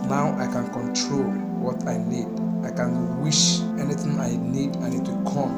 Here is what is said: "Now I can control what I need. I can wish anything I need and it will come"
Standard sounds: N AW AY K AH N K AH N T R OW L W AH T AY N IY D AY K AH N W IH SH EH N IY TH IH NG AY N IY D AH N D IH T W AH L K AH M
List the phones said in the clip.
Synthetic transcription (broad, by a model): N AW AY K AH N K AH N T R OW L W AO T AY N IY D AY K AH N W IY SH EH N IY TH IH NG AY N IY D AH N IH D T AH K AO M